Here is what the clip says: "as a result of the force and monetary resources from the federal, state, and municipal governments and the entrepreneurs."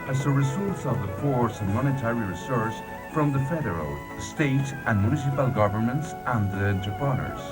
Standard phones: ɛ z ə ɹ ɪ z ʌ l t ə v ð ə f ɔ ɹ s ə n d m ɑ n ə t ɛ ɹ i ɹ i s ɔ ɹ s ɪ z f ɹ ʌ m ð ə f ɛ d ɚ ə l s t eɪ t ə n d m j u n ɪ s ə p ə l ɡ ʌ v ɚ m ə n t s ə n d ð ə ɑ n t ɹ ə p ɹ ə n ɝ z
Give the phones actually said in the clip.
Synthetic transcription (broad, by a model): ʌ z ə ɹ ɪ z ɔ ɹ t ə v ð ə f ɔ ɹ s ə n m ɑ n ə t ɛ ɹ i ɹ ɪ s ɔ ɹ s f ɹ ʌ m ð ə f ɛ d ɚ ə l s t eɪ t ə n m j u n ɪ s ə p ə l ɡ ʌ v ɚ m ə n t s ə n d ð ə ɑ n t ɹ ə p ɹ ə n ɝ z